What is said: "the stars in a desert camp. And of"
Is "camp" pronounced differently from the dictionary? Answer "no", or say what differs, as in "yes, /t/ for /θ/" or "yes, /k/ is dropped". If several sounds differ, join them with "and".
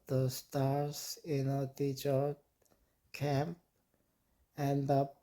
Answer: no